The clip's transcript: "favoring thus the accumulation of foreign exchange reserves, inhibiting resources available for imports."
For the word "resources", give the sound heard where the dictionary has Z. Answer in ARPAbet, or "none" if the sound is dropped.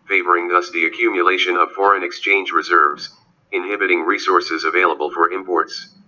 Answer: Z